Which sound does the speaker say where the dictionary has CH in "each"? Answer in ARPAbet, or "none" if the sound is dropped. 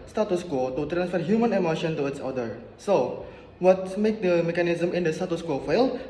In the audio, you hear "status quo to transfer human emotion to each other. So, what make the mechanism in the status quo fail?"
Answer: S